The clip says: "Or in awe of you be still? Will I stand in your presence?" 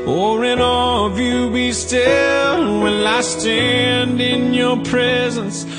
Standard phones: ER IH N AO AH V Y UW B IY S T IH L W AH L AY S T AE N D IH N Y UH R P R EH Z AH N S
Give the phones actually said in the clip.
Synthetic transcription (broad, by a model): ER IH N AO AH V Y UW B IY S T IH L W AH N AY S T AE N D IH N Y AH R P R EH Z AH N S